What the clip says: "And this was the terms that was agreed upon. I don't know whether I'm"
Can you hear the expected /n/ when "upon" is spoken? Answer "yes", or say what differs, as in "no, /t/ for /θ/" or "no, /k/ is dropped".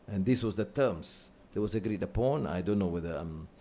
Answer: yes